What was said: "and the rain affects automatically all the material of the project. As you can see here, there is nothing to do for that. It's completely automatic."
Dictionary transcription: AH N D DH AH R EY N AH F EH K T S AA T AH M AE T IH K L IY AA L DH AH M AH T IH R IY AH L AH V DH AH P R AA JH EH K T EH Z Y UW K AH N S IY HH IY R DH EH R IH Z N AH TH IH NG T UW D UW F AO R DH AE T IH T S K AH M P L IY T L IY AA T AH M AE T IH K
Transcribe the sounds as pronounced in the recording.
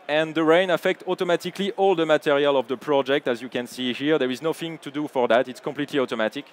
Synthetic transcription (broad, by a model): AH N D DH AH R EY N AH F EH K T AA T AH M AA T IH K L IY AA L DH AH M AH T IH R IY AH L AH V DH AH P R AA JH EH K T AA Z Y UW K AH N S IY HH IY R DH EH R IH Z N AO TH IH NG T UW D UW F AO R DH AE T IH T S K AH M P L IY T L IY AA T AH M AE T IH K